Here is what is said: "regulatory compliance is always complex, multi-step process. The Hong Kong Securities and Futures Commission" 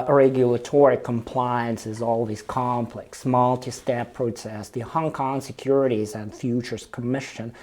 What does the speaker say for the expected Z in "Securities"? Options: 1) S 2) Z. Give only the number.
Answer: 2